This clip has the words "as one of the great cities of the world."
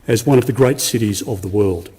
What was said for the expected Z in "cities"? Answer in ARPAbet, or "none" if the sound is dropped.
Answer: Z